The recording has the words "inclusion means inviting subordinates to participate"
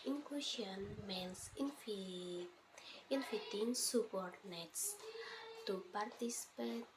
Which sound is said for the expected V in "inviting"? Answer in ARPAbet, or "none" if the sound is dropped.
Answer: F